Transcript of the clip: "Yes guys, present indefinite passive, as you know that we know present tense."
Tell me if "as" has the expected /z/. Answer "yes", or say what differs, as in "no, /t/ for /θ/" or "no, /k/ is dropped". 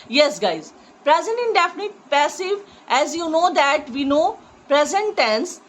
yes